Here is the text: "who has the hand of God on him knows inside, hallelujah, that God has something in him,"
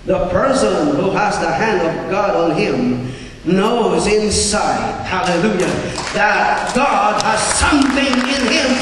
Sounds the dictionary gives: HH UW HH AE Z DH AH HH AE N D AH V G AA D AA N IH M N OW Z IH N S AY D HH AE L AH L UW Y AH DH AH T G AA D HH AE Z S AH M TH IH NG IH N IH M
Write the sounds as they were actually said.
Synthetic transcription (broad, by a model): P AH HH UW Z DH AH HH AE N D AH V G AA D N IH M N OW Z IH N S AY D HH AE L AH L UW Y AH DH AH T G AA D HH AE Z S AH M TH IH NG IH N IH M